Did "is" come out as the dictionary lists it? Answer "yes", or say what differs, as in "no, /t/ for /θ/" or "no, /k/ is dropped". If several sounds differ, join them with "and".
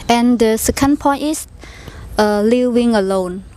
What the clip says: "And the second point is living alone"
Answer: no, /s/ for /z/